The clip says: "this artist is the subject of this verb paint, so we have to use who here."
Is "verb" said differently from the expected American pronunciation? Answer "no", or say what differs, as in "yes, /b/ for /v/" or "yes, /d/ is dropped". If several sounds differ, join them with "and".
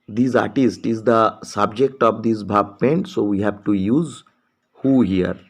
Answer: yes, /b/ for /v/